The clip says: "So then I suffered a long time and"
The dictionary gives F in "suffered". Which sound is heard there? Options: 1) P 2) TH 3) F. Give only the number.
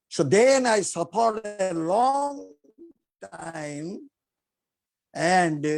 1